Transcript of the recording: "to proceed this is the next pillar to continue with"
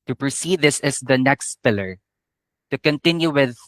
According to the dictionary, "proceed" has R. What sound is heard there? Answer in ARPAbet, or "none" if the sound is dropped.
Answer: R